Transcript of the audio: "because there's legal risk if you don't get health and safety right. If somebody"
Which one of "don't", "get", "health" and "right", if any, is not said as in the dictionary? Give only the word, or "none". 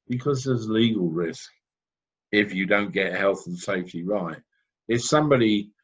none